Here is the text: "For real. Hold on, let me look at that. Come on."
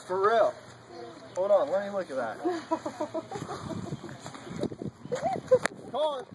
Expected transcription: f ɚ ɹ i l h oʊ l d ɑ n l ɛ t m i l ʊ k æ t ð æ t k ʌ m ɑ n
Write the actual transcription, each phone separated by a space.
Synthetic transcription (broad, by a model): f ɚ ɹ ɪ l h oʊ d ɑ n l ɛ t m i l ʊ k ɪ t ð æ t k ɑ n